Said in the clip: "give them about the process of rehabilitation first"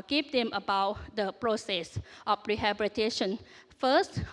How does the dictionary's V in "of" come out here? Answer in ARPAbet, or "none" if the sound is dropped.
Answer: F